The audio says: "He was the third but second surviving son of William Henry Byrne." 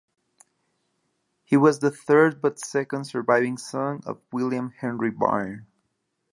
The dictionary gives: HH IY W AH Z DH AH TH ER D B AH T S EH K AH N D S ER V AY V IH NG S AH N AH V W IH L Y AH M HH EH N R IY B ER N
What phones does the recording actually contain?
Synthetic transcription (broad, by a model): HH IY W AH Z DH AH TH ER D B AH T S EH K AH N D S ER V AY V IH NG S AH N AH V W IH L Y AH M HH EH N R IY B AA N